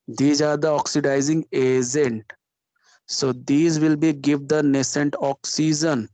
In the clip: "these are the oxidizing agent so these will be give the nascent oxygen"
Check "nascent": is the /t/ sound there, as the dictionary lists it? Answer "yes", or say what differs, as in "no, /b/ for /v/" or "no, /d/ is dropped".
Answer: yes